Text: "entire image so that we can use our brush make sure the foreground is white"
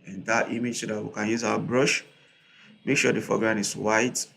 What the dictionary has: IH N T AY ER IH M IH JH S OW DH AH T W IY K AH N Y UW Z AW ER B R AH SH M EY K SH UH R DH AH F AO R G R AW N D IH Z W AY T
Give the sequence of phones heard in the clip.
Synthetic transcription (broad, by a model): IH N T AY M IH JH S OW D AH T W IY K AH N Y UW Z AW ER B R AH SH M EY K SH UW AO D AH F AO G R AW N IH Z W AY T